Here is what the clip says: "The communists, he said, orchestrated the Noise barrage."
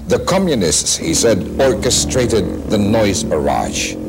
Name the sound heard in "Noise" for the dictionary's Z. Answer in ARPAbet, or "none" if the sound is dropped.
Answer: Z